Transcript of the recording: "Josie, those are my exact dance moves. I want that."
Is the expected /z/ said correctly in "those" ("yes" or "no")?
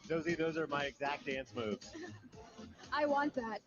yes